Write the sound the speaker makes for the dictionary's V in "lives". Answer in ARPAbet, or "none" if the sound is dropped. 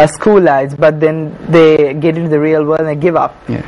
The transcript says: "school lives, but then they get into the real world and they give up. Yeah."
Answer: none